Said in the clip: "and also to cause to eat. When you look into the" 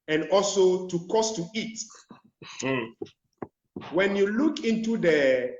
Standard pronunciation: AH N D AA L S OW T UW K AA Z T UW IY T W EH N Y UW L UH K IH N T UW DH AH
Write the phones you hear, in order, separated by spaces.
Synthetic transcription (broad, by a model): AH N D AA L S OW T UW K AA S T UW IY T W EH N Y UW L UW K IH N T UW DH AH